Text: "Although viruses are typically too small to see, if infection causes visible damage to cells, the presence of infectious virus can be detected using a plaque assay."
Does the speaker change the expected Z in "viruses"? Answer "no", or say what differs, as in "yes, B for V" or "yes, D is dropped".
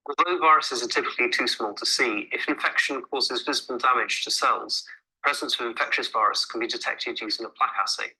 no